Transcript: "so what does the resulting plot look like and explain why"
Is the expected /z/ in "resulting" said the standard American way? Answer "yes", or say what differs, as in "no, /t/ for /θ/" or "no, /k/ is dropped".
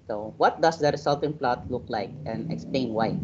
no, /s/ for /z/